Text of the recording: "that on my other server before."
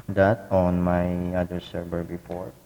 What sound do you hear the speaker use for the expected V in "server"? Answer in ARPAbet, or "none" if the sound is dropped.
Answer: B